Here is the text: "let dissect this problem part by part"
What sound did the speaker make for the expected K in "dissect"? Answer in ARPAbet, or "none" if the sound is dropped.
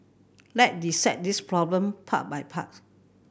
none